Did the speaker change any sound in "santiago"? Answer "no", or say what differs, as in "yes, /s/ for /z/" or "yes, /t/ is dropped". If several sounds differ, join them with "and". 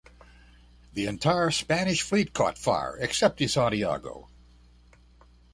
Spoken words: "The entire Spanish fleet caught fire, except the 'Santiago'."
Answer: yes, /n/ is dropped